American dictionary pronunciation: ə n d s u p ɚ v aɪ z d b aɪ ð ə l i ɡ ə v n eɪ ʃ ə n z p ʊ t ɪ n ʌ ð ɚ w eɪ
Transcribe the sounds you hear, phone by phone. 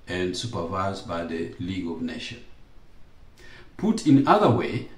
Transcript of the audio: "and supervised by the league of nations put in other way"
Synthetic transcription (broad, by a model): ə n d s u p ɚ v aɪ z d b aɪ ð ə l i ɡ ə v n eɪ ʃ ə n p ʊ t ɪ n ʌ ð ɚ w eɪ